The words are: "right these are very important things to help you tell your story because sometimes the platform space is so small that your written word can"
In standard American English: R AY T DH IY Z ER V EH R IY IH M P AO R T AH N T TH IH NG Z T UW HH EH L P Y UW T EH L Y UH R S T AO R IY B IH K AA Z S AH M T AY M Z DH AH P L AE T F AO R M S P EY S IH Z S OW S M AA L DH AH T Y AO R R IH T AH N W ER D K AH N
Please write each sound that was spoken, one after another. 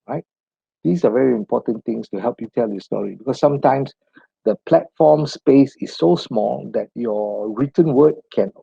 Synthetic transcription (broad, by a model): R AY T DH IY S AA V EH R IY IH M P AO T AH N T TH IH NG S T UW HH EH L P Y UW T EH L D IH S T AO R IY B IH K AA S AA M T AY M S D AH P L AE T F AO M S P EY S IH S OW S M AA L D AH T Y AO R R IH T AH N W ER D K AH N